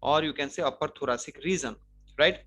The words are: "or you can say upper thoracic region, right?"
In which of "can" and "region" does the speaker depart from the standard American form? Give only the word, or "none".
region